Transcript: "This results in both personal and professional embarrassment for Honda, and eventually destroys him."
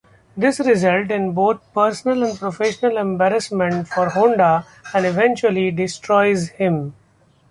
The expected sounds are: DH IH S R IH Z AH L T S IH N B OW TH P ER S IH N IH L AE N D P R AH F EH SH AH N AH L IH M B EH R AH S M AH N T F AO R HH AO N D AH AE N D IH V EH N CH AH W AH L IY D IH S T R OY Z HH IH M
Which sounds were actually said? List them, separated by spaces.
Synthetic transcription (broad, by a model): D IH S R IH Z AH L T IH N B OW T P ER S IH N IH L AE N D P R AH F EH SH AH N AH L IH M B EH R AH S M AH N T F AO R HH AO N D AH AE N D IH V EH N CH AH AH L IY D IH S T R OY Z HH IH M